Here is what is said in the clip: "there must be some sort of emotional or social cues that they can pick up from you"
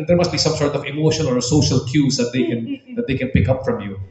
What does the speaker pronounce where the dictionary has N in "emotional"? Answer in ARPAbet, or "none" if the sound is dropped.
none